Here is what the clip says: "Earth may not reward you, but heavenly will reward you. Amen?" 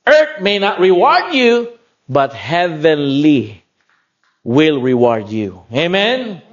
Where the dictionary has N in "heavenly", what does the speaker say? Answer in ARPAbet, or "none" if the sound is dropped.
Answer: N